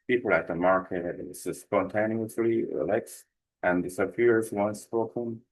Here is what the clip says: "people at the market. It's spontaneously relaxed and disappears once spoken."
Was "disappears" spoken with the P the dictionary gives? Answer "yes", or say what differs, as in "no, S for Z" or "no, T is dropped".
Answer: no, F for P